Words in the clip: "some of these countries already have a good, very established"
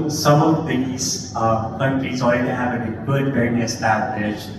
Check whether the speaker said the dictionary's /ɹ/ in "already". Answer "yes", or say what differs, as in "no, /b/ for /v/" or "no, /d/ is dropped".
no, /ɹ/ is dropped